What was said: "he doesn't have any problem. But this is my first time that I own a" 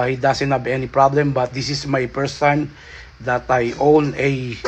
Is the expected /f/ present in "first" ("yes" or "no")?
no